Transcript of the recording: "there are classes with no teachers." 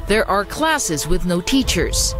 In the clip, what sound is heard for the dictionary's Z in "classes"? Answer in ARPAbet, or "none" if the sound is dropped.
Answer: Z